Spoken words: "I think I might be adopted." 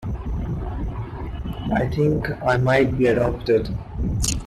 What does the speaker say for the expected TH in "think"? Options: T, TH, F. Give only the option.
T